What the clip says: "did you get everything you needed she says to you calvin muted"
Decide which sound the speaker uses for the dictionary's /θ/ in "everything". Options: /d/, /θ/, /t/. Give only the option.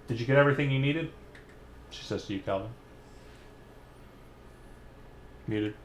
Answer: /θ/